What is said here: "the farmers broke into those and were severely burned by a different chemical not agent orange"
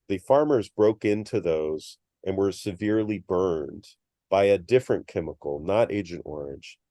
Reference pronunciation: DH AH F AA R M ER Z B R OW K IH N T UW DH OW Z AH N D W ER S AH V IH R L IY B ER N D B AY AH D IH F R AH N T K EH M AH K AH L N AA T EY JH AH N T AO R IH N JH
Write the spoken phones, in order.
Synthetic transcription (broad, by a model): DH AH F AA R M ER Z B R OW K IH N T UW DH OW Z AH N W ER S AH V IH R L IY B ER N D B AY AH D IH F R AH N K EH M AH K L N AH T EY JH AH N T AO R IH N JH